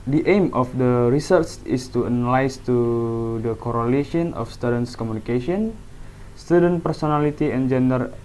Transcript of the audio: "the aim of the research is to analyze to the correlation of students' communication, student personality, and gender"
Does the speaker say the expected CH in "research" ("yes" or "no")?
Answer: no